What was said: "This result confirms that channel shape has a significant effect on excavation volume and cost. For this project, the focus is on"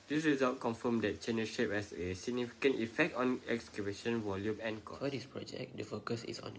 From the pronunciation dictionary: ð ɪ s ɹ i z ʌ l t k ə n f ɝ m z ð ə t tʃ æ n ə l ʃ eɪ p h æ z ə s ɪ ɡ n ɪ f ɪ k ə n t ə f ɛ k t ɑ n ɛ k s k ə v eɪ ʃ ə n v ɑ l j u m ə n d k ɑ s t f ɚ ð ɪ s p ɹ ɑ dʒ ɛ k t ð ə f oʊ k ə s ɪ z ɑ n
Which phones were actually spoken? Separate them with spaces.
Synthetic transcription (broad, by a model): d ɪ s ɹ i z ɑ l t k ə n f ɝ m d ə t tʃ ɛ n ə ʃ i p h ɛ s ə s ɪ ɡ n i f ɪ k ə n t ə f ɛ k t ɑ n ɛ k s k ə b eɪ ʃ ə n v ɑ l j u m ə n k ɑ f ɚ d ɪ s p ɹ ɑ dʒ ɛ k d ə f oʊ k ə s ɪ s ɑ n